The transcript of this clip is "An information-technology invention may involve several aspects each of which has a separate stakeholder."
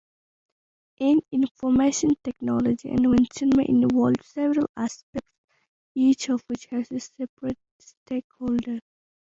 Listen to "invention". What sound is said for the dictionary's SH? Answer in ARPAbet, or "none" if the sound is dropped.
S